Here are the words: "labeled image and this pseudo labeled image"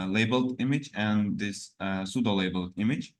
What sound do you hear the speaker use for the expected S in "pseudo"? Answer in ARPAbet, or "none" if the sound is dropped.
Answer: S